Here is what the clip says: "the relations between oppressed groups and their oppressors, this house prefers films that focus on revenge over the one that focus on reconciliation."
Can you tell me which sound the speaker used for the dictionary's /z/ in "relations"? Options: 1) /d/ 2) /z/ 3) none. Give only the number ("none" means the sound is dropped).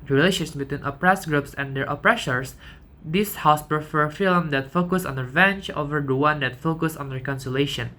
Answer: 3